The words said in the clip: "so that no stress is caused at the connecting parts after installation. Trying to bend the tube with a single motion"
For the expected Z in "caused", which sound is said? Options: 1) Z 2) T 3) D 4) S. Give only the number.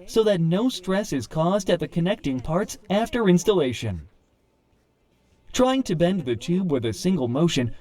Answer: 1